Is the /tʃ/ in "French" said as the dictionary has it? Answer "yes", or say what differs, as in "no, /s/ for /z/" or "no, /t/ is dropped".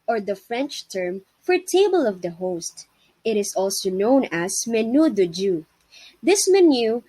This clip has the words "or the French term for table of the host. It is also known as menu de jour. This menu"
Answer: yes